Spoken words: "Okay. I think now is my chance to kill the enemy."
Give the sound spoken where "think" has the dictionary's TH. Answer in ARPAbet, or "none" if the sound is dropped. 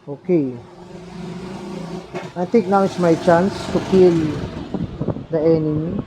T